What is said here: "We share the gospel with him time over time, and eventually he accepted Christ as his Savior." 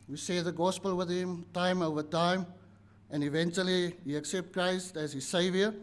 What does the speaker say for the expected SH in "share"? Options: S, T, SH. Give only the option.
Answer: S